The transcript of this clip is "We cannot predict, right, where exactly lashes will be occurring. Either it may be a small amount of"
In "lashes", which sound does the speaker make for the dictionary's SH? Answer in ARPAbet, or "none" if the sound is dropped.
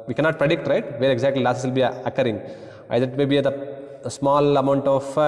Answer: S